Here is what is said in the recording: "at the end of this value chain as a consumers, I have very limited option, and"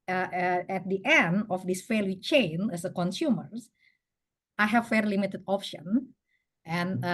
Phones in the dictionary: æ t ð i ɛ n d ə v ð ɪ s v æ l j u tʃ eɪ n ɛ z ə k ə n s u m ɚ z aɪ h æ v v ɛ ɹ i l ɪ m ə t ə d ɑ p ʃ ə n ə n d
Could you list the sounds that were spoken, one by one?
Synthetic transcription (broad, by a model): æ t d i ɛ n d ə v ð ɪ s f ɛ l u tʃ eɪ n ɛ s ə k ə n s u m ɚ s aɪ h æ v f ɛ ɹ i l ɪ m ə t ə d ɑ p ʃ ə n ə n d